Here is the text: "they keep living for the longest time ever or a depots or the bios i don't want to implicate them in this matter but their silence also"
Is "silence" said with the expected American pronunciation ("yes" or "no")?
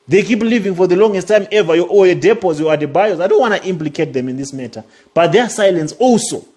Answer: yes